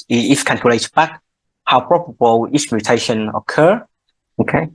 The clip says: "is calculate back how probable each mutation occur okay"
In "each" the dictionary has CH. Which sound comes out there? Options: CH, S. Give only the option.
S